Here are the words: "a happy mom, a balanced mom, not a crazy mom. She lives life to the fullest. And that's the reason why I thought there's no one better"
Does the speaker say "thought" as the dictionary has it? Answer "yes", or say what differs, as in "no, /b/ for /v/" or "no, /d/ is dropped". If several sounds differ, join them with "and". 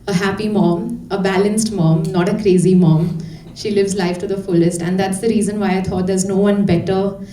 no, /t/ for /θ/